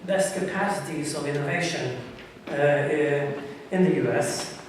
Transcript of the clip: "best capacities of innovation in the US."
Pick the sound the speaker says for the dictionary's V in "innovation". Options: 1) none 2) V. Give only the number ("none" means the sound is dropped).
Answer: 2